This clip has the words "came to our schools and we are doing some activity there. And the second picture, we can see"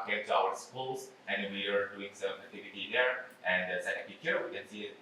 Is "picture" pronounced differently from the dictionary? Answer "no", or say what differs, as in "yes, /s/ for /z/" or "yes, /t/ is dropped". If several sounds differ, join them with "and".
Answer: yes, /tʃ/ is dropped